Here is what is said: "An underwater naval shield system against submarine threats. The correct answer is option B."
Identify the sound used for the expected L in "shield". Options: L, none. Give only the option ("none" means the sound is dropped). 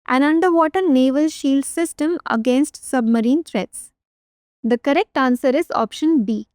L